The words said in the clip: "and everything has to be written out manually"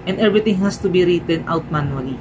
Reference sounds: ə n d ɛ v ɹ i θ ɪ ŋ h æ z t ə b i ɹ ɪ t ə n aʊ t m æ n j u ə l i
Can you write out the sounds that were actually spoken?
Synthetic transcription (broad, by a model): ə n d ɛ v ɹ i t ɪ ŋ h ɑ s t ə b i ɹ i t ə n aʊ t m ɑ n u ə l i